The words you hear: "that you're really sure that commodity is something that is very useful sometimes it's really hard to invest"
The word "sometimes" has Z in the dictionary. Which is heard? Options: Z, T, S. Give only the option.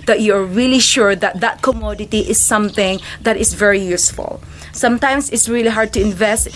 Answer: S